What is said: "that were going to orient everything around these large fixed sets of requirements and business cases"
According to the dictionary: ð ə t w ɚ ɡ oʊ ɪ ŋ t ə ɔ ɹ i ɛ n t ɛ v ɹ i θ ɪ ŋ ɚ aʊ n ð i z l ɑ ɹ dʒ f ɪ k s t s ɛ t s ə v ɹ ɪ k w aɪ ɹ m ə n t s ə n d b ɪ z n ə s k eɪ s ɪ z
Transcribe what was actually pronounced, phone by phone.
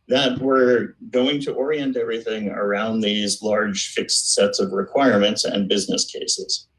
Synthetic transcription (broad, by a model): ð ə t w ɚ ɡ oʊ ɪ ŋ t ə ɔ ɹ i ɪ n t ɛ v ɹ i θ ɪ ŋ ɚ aʊ n ð i z l ɑ ɹ dʒ f ɪ k s t s ɛ t s ə v ɹ ɪ k w aɪ ɹ m ə n t s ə n b ɪ z n ə s k eɪ s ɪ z